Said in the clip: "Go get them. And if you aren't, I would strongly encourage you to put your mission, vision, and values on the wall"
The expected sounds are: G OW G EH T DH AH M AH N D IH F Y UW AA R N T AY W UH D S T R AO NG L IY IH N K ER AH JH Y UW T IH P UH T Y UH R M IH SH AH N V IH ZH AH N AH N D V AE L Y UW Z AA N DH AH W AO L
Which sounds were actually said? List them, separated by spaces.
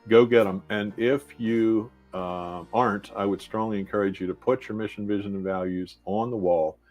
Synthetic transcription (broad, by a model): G OW G EH T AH M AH N IH F Y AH AA R N T AY W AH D S T R AO NG L IY IH N K ER AH JH Y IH T IH P UH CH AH R M IH SH N V IH ZH AH N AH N V AE L Y UW Z N DH AH W AO L